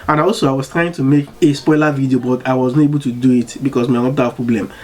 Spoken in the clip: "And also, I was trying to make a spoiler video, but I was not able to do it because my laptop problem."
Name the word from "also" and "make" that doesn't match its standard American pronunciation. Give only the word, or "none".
none